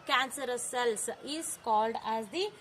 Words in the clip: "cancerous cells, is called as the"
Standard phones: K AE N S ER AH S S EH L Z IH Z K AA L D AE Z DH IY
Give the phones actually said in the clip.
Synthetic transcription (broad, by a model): K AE N S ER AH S S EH L S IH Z K AA L D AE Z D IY